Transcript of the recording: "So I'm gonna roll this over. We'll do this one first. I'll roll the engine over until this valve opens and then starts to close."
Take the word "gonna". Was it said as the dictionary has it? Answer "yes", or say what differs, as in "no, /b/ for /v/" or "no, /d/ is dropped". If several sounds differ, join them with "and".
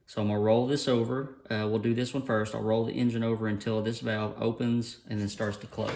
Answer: no, /n/ is dropped